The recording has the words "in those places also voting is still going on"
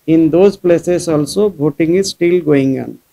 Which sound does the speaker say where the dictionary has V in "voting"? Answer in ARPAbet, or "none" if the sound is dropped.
B